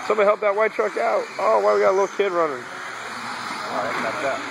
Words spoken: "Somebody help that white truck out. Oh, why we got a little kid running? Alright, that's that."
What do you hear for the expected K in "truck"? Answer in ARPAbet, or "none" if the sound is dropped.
K